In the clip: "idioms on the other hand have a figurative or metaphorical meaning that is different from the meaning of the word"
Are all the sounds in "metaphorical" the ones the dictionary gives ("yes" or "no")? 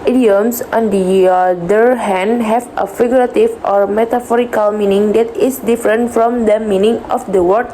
yes